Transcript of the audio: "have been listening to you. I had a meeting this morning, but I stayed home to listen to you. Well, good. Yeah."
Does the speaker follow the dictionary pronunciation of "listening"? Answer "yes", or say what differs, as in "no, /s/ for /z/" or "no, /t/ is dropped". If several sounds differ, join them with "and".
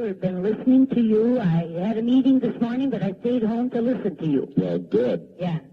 yes